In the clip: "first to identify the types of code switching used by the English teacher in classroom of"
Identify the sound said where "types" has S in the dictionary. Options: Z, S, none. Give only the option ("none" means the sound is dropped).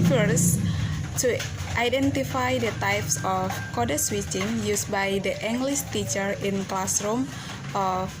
S